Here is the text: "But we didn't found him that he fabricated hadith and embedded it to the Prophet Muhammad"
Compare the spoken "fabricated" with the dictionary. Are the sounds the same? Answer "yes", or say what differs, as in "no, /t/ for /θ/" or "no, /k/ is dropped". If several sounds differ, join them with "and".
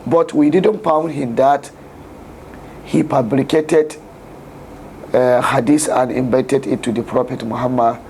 no, /p/ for /f/